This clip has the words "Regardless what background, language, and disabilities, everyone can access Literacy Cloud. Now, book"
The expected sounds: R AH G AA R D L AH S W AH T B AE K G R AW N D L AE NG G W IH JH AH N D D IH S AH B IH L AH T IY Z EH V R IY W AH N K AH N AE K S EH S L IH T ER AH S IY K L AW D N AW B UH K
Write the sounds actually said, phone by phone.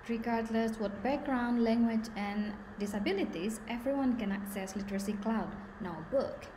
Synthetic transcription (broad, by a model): R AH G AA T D L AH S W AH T B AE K G R AW N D L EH NG G W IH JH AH N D D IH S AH B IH L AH T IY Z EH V R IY W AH N K AH N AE K S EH S L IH T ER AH S IY K L AW D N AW B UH K